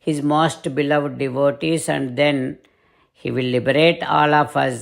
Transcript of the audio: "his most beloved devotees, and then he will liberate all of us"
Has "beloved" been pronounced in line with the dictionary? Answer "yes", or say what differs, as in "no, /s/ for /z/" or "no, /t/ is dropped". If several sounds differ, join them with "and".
yes